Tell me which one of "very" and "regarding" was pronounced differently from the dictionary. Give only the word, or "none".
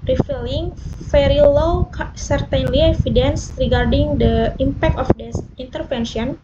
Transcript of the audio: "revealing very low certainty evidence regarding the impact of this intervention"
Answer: very